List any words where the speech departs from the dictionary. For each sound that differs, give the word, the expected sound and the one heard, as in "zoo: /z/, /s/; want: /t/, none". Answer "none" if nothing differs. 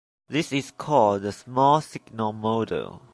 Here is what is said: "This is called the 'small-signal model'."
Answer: is: /z/, /s/